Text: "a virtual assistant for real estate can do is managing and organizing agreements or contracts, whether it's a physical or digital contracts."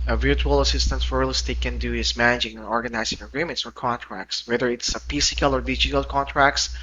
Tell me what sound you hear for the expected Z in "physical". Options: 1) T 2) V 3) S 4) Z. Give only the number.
3